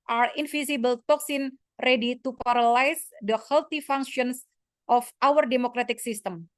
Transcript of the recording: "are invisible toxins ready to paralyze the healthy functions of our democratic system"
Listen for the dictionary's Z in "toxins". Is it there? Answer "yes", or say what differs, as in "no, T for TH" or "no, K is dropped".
no, Z is dropped